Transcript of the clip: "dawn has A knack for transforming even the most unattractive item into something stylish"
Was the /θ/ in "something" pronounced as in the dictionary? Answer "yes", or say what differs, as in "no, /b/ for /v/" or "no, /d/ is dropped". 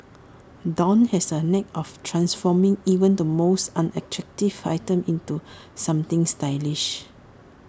no, /t/ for /θ/